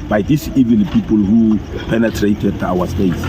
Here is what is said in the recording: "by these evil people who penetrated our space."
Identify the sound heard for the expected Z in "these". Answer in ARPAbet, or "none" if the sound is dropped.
S